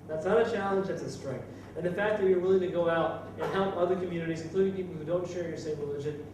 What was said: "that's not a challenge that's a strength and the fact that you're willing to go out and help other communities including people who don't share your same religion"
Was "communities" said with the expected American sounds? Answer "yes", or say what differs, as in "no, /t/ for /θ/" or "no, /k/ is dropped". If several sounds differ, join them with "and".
yes